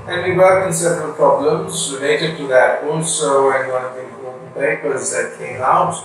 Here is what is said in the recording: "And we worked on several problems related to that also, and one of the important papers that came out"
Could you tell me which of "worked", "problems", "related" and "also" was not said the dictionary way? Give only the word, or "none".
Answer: worked